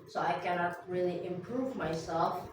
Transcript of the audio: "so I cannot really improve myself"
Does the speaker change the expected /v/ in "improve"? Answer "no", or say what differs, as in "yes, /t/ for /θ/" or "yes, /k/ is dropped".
no